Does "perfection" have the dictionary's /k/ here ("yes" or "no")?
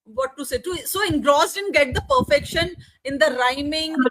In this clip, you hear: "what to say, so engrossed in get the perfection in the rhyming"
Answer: yes